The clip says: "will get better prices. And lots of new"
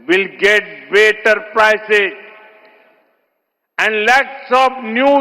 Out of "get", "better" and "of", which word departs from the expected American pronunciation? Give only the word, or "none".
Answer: of